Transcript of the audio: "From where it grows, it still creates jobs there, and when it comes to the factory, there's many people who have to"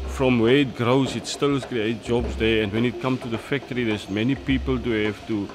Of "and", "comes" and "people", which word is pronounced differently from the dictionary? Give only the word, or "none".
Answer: comes